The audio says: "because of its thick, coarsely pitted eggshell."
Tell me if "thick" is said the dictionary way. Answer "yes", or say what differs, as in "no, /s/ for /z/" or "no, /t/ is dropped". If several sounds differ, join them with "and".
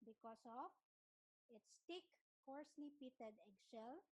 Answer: no, /t/ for /θ/